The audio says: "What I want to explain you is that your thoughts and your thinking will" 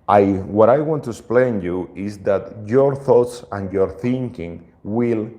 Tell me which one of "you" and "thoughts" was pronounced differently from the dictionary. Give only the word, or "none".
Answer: none